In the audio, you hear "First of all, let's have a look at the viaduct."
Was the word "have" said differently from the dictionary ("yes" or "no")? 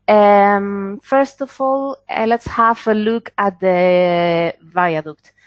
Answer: yes